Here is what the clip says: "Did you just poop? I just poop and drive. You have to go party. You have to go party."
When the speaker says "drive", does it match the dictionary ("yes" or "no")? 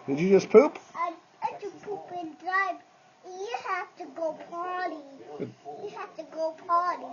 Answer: no